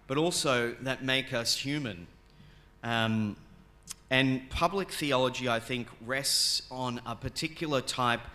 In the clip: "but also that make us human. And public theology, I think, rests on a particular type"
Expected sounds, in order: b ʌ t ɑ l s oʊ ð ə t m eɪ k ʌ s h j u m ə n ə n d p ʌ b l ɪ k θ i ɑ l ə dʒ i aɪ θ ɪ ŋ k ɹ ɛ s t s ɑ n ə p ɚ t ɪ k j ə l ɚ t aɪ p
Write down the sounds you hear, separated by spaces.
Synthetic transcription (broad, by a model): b ʌ t ɑ l s oʊ ð ə t m eɪ k ʌ s h j u m ə n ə n p ʌ b l ɪ k θ i ɑ l ə dʒ i aɪ θ ɪ ŋ k ɹ ɛ s t s n ə p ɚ t ɪ k j l ɚ t aɪ p